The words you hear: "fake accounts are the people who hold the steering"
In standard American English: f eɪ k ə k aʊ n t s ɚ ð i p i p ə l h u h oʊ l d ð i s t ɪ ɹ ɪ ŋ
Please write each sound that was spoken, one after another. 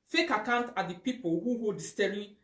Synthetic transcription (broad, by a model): f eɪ k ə k aʊ n t ɑ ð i p i p ə l h u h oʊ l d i s t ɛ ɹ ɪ